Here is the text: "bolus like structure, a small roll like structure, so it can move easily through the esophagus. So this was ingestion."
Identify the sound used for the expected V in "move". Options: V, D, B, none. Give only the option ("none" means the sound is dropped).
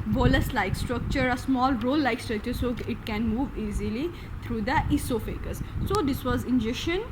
V